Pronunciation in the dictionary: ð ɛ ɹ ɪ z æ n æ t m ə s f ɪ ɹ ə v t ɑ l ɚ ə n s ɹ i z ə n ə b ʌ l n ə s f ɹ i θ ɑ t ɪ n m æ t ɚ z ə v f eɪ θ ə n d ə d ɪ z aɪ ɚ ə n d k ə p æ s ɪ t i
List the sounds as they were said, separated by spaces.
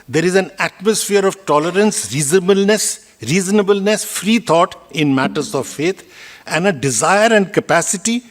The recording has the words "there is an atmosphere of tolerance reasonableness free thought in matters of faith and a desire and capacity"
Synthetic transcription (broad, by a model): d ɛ ɹ ɪ z æ n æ t m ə s f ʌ ɹ ə v t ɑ l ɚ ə n s ɹ i z ə n ə b ʌ l n ə s f ɹ i t ɑ t ɪ n m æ t ɚ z ə v f eɪ t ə n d ə d ɪ z aɪ ɚ ə n d k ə p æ s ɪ t i